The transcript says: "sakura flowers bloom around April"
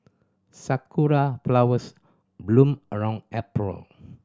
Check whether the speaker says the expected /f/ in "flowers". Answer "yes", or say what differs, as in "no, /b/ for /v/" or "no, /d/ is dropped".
no, /p/ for /f/